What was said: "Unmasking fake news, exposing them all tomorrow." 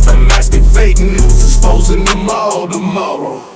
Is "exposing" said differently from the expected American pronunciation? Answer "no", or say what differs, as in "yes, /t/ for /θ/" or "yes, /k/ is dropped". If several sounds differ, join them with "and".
yes, /k/ is dropped